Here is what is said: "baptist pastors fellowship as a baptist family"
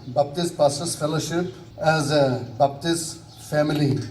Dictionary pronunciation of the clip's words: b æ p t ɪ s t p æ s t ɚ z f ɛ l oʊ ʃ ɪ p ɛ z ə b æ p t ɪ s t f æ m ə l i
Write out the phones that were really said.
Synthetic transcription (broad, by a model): b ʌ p t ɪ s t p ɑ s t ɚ s f ɛ l oʊ ʃ ɪ p ɛ z ə b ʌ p t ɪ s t f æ m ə l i